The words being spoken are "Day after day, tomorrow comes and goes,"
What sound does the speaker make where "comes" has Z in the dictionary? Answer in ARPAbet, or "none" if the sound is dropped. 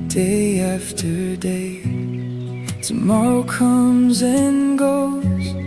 Z